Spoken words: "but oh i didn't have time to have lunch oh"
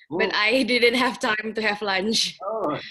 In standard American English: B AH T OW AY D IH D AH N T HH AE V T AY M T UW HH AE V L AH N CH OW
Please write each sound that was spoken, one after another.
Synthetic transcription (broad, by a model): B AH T AY D IH D AH N T HH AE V T AY M T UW HH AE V L AH N CH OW